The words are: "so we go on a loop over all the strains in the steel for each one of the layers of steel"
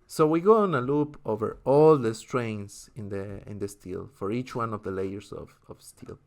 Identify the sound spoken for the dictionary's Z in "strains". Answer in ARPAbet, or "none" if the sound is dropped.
S